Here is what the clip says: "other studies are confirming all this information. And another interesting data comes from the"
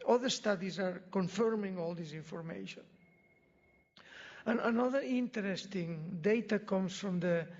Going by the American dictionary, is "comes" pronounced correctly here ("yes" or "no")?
no